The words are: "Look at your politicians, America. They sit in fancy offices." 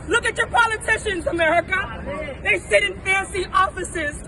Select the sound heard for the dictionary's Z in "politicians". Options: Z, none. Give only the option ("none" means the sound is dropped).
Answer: Z